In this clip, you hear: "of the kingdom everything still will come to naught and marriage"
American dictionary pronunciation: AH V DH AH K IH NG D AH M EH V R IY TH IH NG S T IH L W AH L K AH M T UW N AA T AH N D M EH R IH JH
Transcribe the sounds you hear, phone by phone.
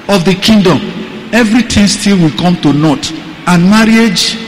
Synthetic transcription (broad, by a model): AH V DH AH K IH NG D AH M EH V R IY T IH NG S T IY L W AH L K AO M T UW N AA T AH N M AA R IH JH